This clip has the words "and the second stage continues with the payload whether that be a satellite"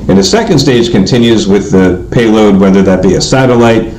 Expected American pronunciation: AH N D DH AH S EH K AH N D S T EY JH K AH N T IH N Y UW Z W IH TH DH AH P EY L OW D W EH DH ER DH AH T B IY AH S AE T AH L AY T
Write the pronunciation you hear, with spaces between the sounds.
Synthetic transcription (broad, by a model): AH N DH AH S EH K AH N D S T EY JH K AH N T IH N Y UW Z W IH DH AH P EY L OW D W EH DH ER DH AH T B IY AH S AE T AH L AY T